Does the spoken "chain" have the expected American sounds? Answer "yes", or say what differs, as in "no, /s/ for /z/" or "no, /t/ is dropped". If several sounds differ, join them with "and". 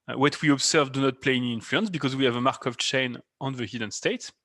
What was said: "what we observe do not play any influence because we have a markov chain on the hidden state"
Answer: yes